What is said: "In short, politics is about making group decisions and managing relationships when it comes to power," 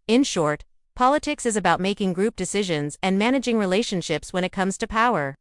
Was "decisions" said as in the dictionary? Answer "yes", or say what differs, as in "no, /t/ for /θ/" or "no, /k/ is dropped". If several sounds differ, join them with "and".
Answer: yes